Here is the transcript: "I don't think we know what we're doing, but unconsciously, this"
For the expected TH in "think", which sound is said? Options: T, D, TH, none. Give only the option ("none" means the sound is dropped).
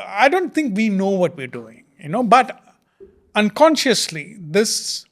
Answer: T